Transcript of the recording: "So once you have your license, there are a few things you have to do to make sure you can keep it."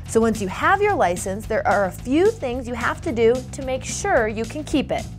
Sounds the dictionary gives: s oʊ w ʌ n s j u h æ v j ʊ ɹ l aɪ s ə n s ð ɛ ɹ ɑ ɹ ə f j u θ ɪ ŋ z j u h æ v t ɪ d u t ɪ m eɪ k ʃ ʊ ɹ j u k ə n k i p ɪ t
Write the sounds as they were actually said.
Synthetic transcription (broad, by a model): s oʊ w ʌ n s j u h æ v j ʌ ɹ l aɪ s ə n s ð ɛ ɹ ɑ ɹ ə f j u θ ɪ ŋ z j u h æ f t ɪ d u t ɪ m eɪ k ʃ ʊ ɹ j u k ə n k i p ɪ t